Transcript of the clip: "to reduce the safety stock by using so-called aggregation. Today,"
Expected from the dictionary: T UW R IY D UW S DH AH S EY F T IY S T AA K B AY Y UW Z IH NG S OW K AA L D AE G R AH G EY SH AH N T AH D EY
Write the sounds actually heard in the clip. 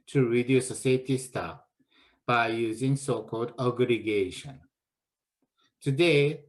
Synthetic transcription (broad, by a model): T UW R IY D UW S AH S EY T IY S T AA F B AY Y UW Z IH NG S OW K AA L D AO G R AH G EY SH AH N T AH D EY